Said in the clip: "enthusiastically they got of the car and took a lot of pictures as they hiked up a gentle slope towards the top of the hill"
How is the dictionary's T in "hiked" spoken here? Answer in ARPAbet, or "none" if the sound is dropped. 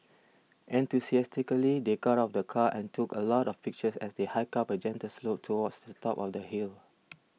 none